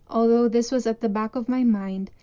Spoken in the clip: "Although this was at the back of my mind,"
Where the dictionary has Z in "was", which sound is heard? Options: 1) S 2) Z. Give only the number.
2